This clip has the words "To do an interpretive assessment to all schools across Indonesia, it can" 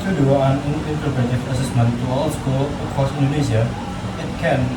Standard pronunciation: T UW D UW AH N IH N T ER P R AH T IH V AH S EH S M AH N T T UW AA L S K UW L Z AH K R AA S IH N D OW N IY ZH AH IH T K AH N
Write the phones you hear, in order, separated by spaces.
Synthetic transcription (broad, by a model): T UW D UW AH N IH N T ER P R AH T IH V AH S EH S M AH N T T UW AA L S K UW L AH K R AA S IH N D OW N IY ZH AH IH T K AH N